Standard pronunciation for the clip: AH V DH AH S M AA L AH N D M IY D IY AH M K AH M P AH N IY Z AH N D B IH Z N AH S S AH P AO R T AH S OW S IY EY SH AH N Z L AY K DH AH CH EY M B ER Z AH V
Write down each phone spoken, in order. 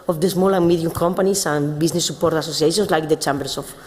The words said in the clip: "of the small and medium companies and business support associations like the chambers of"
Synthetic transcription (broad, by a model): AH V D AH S M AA L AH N M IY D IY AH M K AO M P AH N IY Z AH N B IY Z N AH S S AH P AO R T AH S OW S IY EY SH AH N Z L AY K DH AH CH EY M B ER S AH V